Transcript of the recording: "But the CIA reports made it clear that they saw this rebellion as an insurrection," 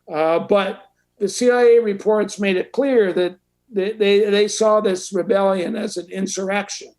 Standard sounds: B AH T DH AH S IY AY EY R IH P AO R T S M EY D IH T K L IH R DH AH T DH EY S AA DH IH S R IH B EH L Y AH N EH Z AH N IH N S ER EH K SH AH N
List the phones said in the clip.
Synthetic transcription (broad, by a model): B AH T DH AH S IY AY EY R IH P AO R T S M EY D IH T K L IH R DH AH T DH EY S AA DH IH S R IH B EH L Y AH N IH Z AH N IH N S ER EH K SH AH N